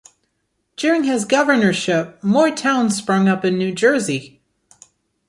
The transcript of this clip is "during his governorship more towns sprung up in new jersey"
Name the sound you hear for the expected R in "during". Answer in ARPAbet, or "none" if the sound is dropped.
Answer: R